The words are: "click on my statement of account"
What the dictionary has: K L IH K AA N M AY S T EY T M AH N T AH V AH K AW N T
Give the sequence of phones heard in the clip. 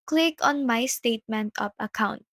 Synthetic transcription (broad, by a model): K L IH K AA N M AY S T EY T M AH N T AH P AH K AW N T